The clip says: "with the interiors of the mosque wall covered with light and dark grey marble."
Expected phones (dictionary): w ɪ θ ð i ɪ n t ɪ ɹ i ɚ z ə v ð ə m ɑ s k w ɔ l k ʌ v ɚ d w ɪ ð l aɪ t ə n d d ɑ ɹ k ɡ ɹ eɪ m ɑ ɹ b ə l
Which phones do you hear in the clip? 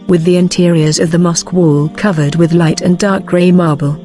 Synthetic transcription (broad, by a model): w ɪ ð i ɪ n t ɪ ɹ i ɚ z ə v ð ə m ɑ s k w ɔ l k ʌ v ɚ d w ɪ ð l aɪ t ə n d d ɑ ɹ k ɡ ɹ eɪ m ɑ ɹ b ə l